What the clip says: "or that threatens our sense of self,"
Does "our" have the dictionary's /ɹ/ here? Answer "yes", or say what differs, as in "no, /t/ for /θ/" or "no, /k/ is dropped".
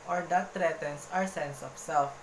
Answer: yes